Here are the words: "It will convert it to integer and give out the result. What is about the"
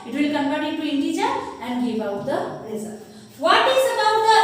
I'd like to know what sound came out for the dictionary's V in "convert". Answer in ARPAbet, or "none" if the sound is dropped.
P